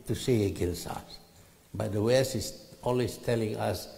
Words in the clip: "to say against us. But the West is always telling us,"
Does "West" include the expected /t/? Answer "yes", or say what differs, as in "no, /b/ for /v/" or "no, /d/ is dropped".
no, /t/ is dropped